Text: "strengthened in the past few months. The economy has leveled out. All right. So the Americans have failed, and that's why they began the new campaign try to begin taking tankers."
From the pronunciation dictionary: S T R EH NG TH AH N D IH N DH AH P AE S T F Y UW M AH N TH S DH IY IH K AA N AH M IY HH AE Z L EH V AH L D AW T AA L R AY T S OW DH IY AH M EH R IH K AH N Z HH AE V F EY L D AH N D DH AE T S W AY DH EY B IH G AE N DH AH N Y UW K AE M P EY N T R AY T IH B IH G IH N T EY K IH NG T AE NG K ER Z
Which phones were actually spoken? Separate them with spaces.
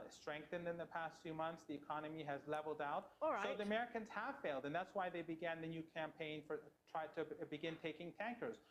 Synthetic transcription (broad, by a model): S T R EH NG TH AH N D IH N DH AH P AE S T F Y UW M AH N TH S DH IY IH K AA N AH M IY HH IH Z L EH V L D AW AA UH T S OW DH IY AH M EH R IH K AH N Z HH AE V F EY L D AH N DH AE T S W AY DH EY B IH G AE N DH AH N Y UW K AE M P EY N T R AY T IH B IH G IH N T EY K IH NG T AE NG K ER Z